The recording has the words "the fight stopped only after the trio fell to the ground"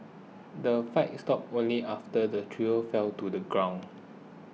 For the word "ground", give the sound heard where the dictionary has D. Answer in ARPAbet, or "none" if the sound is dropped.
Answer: none